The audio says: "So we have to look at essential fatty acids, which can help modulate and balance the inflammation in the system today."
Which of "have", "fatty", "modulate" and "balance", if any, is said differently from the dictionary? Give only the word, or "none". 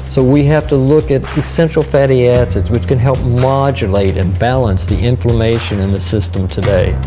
have